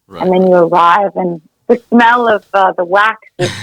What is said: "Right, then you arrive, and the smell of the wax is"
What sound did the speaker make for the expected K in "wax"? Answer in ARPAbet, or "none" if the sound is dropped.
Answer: K